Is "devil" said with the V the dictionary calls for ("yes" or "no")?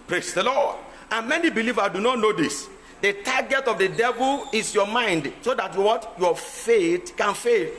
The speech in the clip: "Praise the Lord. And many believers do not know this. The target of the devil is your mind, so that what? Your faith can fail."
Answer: yes